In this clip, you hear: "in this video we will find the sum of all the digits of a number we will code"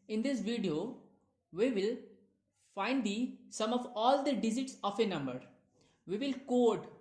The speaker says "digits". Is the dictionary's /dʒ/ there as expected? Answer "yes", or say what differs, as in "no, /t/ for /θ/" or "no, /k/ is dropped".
no, /z/ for /dʒ/